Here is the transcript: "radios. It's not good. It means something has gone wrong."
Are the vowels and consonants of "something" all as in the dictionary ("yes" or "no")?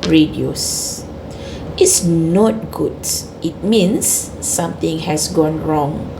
no